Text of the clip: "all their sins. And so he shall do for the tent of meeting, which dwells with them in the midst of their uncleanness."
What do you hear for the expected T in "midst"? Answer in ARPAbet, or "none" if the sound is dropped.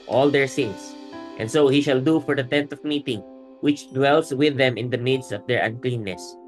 none